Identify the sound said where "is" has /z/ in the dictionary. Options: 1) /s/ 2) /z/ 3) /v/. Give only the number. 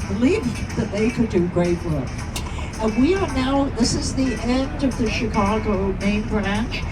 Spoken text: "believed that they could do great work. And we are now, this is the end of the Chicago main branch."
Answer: 2